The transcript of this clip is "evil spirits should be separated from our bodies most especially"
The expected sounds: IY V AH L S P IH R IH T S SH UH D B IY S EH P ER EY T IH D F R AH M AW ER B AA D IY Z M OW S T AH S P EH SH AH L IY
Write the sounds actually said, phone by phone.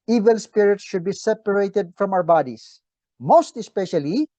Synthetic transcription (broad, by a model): IY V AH L S P IH R IH T S SH UH D B IY S EH P ER EY T IH D F R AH M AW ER B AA D IY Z M OW S T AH S P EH SH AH L IY